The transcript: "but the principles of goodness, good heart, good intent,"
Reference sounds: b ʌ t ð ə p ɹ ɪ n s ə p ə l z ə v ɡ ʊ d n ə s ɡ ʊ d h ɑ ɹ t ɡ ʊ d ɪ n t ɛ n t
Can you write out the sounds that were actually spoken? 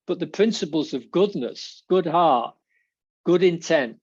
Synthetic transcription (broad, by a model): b ʌ t ð ə p ɹ ɪ n s ə p ə l z ə v ɡ ʊ d n ə s ɡ ʊ d h ɑ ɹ t ɡ ʊ d ɪ n t ɛ n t